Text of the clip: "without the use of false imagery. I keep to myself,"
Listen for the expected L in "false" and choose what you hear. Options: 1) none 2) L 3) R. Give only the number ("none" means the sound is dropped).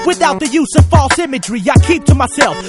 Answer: 2